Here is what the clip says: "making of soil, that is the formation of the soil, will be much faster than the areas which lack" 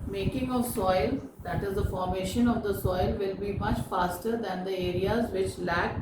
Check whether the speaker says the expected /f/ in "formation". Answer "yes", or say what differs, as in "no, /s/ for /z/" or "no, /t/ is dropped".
yes